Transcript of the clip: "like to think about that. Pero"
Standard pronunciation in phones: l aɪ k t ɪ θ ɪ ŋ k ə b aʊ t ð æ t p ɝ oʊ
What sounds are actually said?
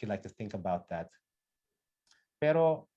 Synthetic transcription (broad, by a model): l aɪ k t ɪ θ ɪ ŋ k ə b aʊ t ð æ t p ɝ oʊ